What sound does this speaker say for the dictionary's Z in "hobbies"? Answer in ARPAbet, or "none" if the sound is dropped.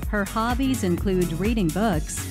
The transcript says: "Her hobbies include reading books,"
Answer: Z